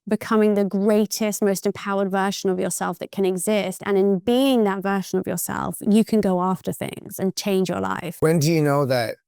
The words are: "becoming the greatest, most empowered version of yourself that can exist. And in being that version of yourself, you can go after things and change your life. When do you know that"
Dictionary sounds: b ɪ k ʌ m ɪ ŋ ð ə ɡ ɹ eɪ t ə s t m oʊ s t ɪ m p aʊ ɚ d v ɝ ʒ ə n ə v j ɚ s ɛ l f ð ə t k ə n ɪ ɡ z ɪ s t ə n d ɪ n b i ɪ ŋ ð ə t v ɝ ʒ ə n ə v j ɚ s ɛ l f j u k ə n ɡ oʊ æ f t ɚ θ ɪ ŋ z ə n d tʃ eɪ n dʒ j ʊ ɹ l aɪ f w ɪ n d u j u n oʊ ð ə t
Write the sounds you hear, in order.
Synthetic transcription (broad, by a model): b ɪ k ʌ m ɪ ŋ ð ə ɡ ɹ eɪ t ə s t m oʊ s t ɪ m p aʊ ɚ d v ɝ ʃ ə n ə v j ɚ s ɛ l f ð ə t k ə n ɪ ɡ z ɪ s t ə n ɪ n b i ɪ ŋ ð ə t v ɝ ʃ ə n ə v j ɚ s ɛ l f j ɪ k ə n ɡ oʊ æ f t ɚ θ ɪ ŋ z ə n tʃ eɪ n dʒ j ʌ ɹ l aɪ f w ɪ n d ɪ j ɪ n oʊ ð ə t